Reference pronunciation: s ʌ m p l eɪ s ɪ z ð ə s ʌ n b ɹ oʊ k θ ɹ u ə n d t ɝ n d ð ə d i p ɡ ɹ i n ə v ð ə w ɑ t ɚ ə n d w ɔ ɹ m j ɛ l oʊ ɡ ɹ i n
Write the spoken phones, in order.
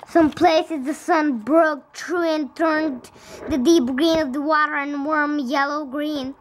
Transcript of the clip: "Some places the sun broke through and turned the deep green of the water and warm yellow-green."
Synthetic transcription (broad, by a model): s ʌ m p l eɪ s ɪ z ð ə s ʌ n b ɹ oʊ k t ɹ u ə n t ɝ n ð ə d i p ɡ ɹ i n ə v ð ə w ɑ t ɚ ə n w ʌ ɹ m j ɛ l oʊ ɡ ɹ i n